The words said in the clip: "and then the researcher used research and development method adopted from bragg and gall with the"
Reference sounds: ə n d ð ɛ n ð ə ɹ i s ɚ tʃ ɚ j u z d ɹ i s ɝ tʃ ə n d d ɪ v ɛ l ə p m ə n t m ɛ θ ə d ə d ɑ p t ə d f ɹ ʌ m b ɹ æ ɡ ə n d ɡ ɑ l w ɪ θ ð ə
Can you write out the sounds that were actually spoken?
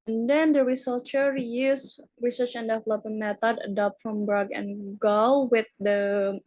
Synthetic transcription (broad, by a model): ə n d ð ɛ n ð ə ɹ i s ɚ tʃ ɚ j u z ɹ i s ɝ tʃ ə n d d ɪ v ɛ l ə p ə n m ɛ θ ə d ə d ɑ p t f ɹ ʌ m b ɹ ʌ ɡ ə n ɡ ɑ l w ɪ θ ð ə